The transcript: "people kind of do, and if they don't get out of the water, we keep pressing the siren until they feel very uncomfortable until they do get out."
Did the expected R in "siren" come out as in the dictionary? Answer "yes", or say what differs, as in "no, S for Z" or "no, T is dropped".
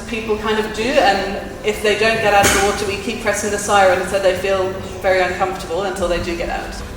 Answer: no, R is dropped